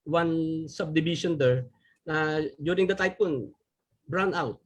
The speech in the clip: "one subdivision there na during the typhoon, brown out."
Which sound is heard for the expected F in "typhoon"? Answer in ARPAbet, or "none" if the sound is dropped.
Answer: P